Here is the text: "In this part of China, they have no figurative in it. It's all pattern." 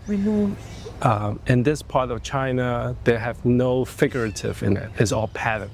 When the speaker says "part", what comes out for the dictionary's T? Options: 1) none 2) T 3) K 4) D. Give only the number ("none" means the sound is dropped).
2